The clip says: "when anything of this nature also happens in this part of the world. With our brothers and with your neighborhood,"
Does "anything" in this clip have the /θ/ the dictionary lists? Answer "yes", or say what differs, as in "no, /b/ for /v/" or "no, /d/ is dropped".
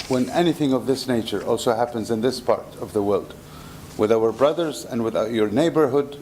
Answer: yes